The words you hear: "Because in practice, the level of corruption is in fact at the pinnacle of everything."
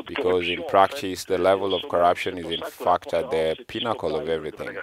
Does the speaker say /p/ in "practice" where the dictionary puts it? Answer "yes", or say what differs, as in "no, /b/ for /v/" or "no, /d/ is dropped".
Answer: yes